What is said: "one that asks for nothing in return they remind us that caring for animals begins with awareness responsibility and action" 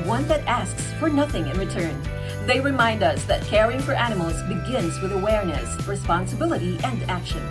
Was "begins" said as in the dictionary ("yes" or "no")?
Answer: yes